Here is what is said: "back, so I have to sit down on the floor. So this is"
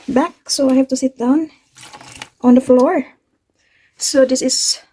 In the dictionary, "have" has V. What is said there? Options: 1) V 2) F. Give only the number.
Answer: 2